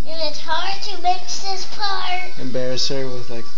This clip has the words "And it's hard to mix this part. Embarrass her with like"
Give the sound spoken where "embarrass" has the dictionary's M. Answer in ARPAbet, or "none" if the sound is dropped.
M